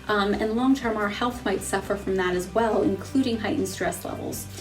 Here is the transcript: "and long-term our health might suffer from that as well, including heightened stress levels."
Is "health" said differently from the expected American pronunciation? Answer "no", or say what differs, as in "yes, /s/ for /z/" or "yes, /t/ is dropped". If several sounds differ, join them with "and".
no